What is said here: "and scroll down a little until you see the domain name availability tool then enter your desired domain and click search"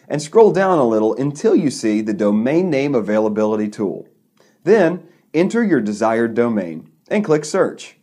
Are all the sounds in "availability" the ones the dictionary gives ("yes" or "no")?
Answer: yes